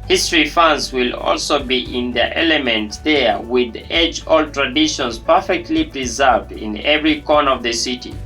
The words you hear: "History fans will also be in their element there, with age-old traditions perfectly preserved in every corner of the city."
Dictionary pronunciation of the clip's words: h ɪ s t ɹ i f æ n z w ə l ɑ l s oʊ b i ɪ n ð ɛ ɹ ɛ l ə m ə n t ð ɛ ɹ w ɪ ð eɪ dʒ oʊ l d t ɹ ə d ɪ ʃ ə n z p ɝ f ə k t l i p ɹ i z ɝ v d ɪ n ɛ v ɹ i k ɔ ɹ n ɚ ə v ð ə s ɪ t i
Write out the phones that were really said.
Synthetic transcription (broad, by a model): h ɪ s t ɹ i f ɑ n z w ə l ɑ l s oʊ b i ɪ n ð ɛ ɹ ɛ l ə m ə n t ð ɛ ɹ w ɪ ð eɪ dʒ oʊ l t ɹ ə d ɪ ʃ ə n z p ɝ f ə k t l i p ɹ i z ɝ v d ɪ n ɛ v ɹ i k ɔ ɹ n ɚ ə v ð ə s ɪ t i